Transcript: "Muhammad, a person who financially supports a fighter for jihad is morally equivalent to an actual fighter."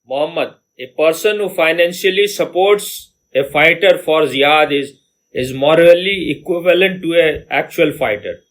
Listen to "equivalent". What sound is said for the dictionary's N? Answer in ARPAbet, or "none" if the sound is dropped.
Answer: N